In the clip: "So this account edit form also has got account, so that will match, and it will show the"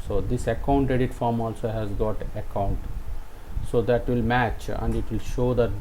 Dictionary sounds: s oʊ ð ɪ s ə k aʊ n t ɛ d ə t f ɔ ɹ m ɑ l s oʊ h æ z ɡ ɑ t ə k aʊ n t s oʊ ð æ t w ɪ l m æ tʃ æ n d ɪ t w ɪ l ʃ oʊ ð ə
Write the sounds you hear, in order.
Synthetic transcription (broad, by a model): s oʊ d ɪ s ə k aʊ n t ɛ d ə t f ɔ ɹ m ɑ l s oʊ h æ z ɡ ɑ t ə k aʊ n t s oʊ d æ t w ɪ l m æ tʃ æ n d ɪ t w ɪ l ʃ oʊ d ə